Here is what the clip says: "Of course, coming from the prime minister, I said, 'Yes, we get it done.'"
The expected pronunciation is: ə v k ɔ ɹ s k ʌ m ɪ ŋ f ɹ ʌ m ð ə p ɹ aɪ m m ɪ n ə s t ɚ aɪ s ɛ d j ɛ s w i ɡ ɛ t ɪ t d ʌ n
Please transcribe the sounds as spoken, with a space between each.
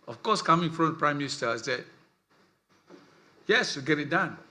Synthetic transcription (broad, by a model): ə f k ɔ s k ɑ m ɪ ŋ f ɹ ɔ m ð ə p ɹ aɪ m m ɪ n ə s t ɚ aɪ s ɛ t j ɛ s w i ɡ ɛ t ɪ t d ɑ n